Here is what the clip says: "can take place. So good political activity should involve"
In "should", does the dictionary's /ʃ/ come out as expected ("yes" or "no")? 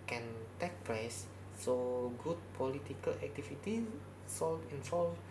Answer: no